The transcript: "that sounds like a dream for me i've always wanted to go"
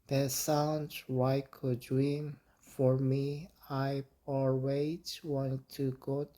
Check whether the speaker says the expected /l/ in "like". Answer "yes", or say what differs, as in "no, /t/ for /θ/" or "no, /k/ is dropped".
no, /w/ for /l/